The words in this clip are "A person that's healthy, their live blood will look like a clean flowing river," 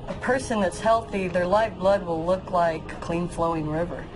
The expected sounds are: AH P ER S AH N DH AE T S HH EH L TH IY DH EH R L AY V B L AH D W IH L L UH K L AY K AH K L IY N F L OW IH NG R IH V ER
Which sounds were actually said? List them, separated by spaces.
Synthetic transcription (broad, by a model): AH P ER S AH N DH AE T S HH EH L TH IY DH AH R L AY V B L AH D W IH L L UH K L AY AH K L IY N F L OW IH NG R IH V ER